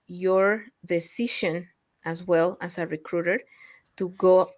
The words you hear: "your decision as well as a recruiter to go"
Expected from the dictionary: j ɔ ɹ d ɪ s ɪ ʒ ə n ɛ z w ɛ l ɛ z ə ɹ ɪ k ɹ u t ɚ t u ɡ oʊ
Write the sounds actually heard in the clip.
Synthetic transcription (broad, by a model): j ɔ ɹ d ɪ s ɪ ʃ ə n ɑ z w ɛ l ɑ s ə ɹ ɪ k ɹ u t ɚ t u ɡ oʊ